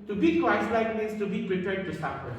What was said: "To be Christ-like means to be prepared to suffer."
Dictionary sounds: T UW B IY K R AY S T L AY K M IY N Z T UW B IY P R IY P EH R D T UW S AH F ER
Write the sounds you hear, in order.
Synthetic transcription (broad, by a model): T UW B IY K AY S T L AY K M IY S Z T UW B IY P R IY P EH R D T UW S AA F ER